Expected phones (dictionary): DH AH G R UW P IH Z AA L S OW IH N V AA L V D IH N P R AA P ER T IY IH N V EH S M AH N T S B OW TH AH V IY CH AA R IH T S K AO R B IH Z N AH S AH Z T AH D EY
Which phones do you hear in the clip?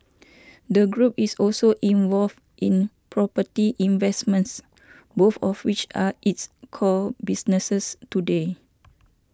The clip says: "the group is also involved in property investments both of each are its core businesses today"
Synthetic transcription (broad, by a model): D AH G R UW P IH S AA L S OW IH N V AA L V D IH N P R AA P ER T IY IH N V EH S M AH N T S B OW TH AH W IY CH AA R IH T S K AO L B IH S N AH S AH S T AH D EY